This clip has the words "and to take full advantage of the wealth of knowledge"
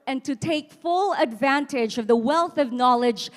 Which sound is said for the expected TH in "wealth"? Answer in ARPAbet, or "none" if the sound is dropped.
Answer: TH